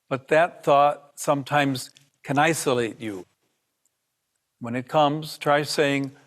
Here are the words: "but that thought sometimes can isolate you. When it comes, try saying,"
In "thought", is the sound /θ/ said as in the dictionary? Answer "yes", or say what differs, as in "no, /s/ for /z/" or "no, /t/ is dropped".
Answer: yes